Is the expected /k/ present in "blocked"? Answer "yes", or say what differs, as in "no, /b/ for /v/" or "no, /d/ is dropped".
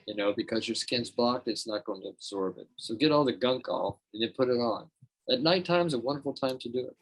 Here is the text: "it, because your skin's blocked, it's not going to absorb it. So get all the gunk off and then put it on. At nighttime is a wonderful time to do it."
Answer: yes